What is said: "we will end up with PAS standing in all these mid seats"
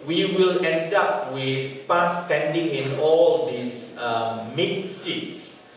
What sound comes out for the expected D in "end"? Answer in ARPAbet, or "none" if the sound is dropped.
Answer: D